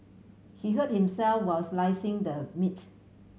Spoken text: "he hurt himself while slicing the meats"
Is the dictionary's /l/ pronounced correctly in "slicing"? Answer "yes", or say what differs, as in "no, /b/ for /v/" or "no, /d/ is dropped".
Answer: yes